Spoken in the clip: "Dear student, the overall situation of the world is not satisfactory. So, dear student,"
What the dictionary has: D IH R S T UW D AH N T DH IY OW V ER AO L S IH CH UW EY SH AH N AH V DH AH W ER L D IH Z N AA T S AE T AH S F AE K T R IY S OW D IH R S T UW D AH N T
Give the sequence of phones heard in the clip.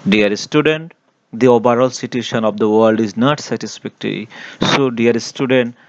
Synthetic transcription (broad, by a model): D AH R S T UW D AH N T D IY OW B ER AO L S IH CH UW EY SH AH N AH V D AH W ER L D IH Z N AA T S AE T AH S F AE K T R IY S OW D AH R S T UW D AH N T